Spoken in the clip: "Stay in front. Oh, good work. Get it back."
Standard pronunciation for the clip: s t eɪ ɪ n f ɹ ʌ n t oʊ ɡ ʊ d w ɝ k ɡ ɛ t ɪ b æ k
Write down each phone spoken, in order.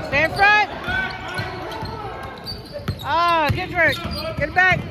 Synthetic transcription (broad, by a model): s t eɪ ɪ n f ɹ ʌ t oʊ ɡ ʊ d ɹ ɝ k ɡ ɛ t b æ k